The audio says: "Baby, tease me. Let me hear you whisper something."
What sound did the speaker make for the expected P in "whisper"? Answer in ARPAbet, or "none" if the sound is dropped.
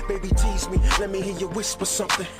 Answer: P